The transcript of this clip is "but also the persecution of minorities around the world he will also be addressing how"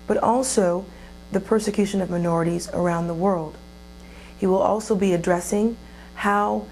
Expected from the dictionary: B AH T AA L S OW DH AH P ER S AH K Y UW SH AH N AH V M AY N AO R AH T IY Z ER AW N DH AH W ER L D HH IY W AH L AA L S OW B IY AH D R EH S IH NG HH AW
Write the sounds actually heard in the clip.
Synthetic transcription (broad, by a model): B AH T AA L S OW DH AH P ER S AH K Y UW SH AH N AH V M AY N AO R AH T IY Z ER AW N DH AH W ER L D HH IY W AH L AA L S OW B IY AH D R EH S IH NG HH AW